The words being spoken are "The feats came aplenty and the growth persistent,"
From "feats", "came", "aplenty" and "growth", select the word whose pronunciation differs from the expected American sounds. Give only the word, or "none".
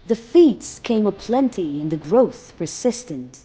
none